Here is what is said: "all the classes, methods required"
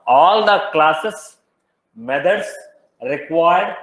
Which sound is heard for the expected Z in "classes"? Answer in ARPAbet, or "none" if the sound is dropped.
S